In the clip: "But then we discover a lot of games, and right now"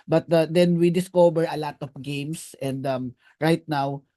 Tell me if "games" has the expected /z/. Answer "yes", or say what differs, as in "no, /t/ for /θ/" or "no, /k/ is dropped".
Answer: no, /s/ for /z/